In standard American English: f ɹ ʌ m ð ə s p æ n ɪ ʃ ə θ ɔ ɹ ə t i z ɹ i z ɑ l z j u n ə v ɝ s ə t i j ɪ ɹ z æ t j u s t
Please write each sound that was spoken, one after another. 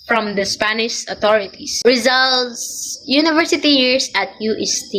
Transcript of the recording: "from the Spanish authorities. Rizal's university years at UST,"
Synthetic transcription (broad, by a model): f ɹ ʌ m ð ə s p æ n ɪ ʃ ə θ ɔ ɹ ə t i s ɹ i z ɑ l s j u n ə v ɝ s ə t i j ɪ ɹ s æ t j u s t